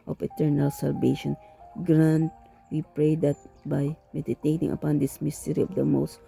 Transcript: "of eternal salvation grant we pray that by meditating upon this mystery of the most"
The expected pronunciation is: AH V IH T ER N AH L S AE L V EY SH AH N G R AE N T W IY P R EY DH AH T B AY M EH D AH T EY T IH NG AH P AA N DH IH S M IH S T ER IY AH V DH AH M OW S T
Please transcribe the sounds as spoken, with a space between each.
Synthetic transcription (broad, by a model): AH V IH T ER N AH L S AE L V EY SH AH N G R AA N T W IY P R EY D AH T B AY M EH D AH T EY T IH NG AH P AA N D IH S M IH S T ER IY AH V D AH M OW S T